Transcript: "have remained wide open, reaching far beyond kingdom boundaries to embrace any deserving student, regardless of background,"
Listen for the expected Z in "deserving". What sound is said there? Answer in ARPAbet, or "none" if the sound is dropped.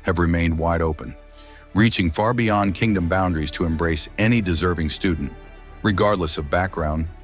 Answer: Z